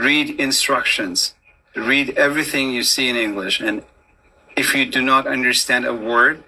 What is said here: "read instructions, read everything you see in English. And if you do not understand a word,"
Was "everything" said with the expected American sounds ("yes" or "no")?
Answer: yes